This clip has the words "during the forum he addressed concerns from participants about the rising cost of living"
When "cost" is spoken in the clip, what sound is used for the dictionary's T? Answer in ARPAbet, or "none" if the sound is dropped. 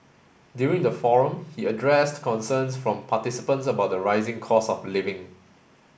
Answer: none